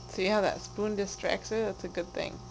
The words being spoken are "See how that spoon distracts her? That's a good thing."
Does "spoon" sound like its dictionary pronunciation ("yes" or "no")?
yes